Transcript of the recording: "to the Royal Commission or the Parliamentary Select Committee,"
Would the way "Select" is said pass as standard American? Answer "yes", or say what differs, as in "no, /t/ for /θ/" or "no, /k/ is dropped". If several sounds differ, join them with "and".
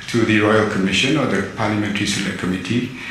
no, /k/ is dropped